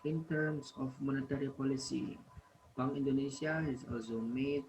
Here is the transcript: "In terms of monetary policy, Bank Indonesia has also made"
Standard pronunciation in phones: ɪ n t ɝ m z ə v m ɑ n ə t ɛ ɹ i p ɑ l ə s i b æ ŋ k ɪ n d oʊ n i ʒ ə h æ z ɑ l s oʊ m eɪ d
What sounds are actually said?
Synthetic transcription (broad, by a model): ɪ n t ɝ m s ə f m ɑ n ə t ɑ ɹ i p ɑ l ə s i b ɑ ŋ ɪ n d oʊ n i s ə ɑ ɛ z ɑ l s oʊ m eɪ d